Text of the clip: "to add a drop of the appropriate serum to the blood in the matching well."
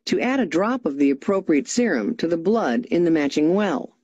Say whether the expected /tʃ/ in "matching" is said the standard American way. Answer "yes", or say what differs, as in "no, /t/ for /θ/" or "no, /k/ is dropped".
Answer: yes